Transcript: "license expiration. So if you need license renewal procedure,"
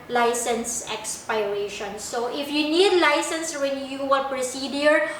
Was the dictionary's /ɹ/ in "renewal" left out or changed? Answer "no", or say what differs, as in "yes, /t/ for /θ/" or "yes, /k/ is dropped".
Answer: yes, /w/ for /ɹ/